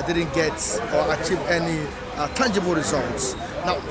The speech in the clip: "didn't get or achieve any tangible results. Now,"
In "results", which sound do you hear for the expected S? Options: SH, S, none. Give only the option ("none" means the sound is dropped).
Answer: S